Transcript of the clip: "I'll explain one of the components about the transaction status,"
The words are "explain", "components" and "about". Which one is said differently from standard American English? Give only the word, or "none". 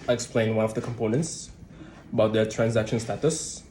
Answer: none